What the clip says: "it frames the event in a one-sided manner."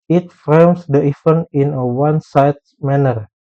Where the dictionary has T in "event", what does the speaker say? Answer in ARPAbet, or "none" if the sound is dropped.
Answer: none